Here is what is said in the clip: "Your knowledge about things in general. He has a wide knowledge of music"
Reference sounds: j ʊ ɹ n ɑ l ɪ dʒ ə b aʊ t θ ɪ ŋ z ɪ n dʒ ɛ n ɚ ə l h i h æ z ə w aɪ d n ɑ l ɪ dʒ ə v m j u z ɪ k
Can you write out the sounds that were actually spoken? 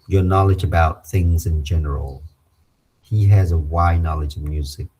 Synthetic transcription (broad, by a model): j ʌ ɹ n ɑ l ɪ dʒ ə b aʊ t θ ɪ ŋ z ɪ n dʒ ɛ n ɚ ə l h i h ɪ z ə w aɪ n ɑ l ɪ dʒ ə v m j u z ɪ k